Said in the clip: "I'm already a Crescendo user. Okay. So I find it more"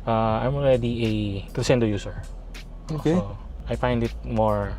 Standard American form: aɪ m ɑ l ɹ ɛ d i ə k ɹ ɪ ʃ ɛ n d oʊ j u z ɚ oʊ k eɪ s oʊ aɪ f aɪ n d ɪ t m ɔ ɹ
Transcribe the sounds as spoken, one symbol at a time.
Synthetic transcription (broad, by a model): aɪ m ɑ l ɹ ɛ d i ə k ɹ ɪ s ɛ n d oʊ j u s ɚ oʊ k eɪ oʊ aɪ f aɪ n d ɪ t m ɔ ɹ